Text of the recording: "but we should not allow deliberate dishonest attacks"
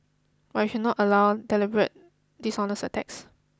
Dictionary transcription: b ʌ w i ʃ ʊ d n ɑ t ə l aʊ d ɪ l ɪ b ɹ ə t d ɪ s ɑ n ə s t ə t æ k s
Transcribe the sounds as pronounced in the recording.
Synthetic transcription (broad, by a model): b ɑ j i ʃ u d n ɑ t ə l aʊ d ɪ l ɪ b ɹ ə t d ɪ s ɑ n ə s ə t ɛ k s